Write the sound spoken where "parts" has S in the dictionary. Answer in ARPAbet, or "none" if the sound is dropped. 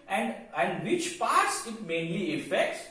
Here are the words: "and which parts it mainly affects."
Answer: S